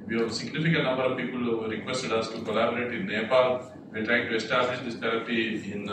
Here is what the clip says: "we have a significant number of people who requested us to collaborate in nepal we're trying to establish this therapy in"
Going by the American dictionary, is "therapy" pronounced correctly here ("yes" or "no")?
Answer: no